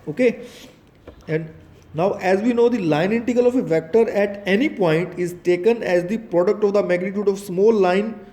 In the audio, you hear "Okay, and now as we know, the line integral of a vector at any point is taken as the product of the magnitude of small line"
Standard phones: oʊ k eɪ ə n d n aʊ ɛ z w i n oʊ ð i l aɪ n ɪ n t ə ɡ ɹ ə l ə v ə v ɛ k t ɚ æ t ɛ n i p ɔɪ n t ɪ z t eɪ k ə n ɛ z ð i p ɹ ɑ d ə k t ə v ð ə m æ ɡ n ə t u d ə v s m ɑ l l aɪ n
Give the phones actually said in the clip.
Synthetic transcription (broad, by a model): oʊ k eɪ ə n d n aʊ ɛ z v i n oʊ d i l aɪ n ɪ n t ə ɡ ə l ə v ə v ɛ k t ɚ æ t ɛ n i p ɔɪ n t ɪ z t eɪ k ə n ɛ z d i p ɹ ɑ d ə k t ə v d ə m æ ɡ n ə t u d ə v s m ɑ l l aɪ n